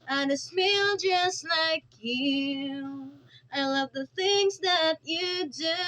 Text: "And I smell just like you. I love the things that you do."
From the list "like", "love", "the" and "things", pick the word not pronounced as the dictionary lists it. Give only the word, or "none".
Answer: none